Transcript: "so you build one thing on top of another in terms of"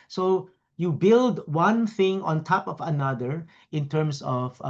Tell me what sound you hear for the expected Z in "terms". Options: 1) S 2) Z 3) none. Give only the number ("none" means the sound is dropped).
1